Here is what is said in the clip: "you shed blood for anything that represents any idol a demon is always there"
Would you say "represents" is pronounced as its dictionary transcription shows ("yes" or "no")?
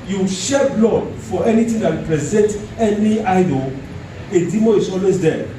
no